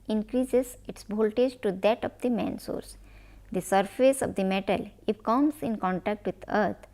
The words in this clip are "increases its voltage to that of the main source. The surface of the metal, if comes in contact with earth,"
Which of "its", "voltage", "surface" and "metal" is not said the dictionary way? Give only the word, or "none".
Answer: voltage